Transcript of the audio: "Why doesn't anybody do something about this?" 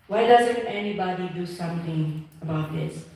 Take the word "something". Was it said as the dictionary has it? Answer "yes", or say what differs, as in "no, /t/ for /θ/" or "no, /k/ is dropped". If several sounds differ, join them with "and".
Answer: no, /t/ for /θ/